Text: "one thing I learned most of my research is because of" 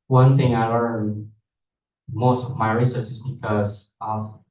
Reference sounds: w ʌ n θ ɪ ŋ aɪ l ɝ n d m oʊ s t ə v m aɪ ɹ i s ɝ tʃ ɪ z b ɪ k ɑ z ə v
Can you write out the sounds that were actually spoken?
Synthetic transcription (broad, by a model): w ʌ n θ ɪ ŋ aɪ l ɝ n m oʊ s t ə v m aɪ ɹ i s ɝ s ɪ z b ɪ k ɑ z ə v